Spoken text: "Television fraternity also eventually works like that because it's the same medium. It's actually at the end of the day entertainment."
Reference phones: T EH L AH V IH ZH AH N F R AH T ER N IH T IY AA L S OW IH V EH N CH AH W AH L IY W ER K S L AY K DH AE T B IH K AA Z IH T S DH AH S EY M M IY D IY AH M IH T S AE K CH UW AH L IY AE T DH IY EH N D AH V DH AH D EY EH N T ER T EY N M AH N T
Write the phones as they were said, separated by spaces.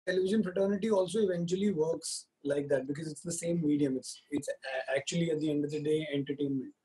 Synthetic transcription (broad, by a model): T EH L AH V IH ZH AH N F R AH T ER N IH T IY AA L S OW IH V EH N CH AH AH L IY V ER K S L AY K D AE T B IH K AA Z IH T S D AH S EY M M IY D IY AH M IH T S AE K CH UW AH L IY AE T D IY EH N D AH V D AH D EY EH N T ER T EY N M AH N T